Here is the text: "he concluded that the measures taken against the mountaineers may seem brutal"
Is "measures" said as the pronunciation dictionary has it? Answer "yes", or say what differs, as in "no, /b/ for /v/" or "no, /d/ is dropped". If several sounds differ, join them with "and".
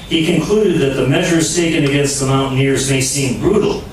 yes